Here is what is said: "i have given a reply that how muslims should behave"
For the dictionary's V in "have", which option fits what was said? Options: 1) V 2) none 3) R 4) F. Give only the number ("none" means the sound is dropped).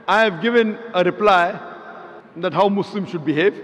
1